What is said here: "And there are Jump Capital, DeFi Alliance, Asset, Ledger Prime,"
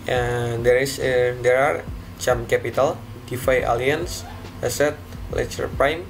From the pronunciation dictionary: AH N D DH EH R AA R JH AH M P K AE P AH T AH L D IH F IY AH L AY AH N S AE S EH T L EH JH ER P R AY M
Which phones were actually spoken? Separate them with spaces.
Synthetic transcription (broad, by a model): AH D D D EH R AA R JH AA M K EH P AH T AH L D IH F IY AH L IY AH N S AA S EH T L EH CH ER P R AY M